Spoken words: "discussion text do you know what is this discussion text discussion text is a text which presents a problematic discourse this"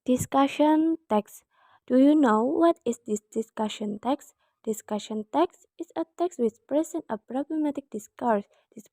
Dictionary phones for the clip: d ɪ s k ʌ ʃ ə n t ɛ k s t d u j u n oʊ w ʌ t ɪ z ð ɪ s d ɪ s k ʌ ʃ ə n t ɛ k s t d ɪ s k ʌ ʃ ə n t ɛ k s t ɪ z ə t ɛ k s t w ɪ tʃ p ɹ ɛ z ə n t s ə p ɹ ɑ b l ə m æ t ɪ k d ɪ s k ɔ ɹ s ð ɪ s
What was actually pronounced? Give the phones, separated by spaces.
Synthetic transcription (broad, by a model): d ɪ s k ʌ ʃ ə n t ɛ k s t d u j u n oʊ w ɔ t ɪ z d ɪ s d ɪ s k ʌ ʃ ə n t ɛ k s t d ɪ s k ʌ ʃ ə n t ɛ k s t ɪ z ə t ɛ k s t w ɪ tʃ p ɹ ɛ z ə n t ə p ɹ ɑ b l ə m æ t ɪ k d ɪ s k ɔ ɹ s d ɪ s